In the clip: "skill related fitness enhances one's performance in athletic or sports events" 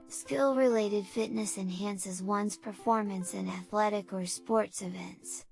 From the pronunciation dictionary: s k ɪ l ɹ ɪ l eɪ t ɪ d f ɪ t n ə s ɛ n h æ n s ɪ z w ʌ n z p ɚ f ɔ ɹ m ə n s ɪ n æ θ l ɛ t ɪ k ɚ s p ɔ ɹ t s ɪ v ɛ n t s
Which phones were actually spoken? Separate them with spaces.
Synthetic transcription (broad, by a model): s k ɪ l ɹ ɪ l eɪ t ɪ d f ɪ t n ə s ɛ n h æ n s ɪ z w ʌ n z p ɚ f ɔ ɹ m ə n s ɪ n æ θ l ɛ t ɪ k ɚ s p ɔ ɹ t s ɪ v ɛ n t s